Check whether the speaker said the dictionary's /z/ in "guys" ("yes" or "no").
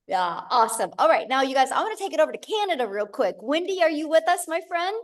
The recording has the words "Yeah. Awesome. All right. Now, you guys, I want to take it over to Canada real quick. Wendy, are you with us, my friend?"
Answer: yes